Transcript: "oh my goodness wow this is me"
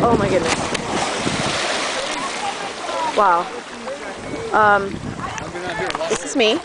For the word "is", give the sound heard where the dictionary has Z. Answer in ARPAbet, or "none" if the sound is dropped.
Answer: S